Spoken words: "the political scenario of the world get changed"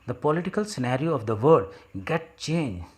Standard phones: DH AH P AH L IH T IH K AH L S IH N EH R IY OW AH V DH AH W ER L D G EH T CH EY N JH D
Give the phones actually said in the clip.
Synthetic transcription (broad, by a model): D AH P AH L IH T IH K AH L S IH N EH R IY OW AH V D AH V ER D G EH T CH EY N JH